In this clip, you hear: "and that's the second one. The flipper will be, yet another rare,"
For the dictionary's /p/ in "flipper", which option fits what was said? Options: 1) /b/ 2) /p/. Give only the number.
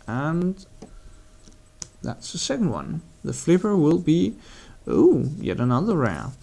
2